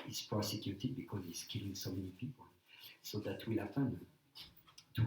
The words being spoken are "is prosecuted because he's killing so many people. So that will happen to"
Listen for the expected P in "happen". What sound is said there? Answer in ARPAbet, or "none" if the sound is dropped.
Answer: F